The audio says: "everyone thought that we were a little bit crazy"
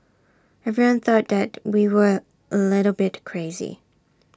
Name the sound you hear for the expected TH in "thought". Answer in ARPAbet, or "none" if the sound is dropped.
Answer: TH